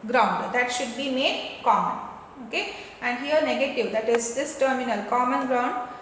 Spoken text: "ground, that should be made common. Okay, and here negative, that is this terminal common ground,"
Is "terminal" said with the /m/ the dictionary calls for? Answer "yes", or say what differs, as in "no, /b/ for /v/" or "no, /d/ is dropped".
yes